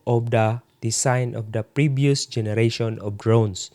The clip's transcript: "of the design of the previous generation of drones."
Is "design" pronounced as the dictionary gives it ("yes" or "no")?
no